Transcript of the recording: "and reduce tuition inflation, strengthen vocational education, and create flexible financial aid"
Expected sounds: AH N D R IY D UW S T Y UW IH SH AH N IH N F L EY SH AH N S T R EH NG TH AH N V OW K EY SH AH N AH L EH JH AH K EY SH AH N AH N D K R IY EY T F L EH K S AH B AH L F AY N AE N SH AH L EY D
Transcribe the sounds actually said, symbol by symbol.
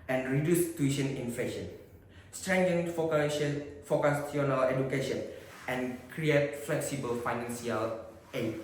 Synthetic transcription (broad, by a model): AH N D R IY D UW S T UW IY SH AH N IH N F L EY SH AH N S T R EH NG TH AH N F OW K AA S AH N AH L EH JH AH K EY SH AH N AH N K R IY EY T F L EH K S AH B AH L F AY N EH N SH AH L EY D